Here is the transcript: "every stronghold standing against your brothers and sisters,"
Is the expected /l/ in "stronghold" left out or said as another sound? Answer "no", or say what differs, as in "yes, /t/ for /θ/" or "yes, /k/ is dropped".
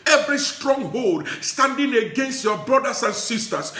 no